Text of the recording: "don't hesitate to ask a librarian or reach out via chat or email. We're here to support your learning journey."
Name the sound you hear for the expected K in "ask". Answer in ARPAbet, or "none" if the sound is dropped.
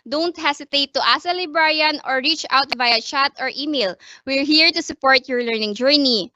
none